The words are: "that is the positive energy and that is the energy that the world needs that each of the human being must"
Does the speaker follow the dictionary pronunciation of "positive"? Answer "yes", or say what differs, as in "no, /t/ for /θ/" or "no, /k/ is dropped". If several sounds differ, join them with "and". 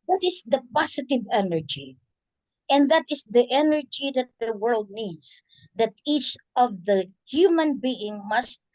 no, /s/ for /z/